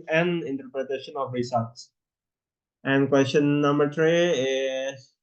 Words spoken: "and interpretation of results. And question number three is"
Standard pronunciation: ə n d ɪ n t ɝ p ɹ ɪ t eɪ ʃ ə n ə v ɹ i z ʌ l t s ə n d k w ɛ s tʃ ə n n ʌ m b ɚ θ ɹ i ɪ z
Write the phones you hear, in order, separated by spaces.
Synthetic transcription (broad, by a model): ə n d ɪ n t ɝ p ɹ ɪ t eɪ ʃ ə n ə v ɹ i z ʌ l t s ə n d k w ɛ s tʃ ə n n ʌ m b ɚ t ɹ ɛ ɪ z